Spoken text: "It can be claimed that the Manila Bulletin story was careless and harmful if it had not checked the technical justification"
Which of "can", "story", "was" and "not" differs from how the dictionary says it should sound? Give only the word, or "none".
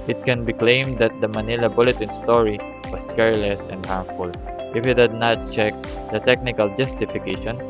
was